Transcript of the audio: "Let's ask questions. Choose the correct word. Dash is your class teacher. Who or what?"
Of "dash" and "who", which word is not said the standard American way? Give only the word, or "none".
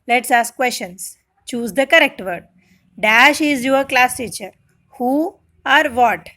none